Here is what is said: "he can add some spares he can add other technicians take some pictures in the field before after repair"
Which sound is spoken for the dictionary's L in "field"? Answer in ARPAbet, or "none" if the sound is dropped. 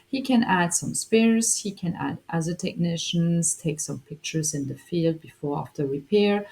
L